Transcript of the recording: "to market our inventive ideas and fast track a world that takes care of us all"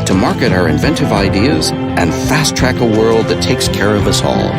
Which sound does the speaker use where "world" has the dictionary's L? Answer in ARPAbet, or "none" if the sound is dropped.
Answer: L